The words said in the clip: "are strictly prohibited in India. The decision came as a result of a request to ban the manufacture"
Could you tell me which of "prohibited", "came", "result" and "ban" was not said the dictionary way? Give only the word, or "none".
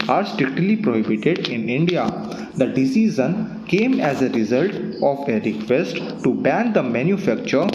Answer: none